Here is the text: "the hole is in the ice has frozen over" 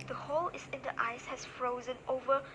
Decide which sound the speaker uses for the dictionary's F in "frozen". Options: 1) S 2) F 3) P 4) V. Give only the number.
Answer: 2